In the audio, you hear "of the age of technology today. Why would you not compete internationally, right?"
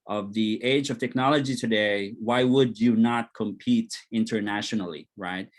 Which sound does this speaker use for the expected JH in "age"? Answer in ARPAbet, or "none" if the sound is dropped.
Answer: JH